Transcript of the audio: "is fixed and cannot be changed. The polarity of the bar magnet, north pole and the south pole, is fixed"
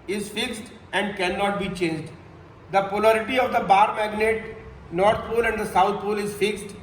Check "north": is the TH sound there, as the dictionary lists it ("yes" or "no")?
no